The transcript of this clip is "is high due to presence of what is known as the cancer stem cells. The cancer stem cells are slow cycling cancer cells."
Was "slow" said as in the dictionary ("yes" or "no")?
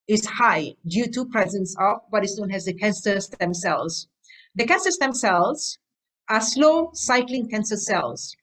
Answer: yes